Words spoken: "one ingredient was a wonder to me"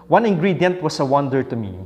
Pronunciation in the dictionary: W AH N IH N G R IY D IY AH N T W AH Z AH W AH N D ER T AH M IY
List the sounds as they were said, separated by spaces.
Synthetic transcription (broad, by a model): W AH N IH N G R IY D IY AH N T W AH S AH W AH N D ER T AH M IY